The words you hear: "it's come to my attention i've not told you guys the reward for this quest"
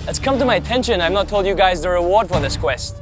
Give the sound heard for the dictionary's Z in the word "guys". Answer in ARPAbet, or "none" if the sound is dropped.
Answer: Z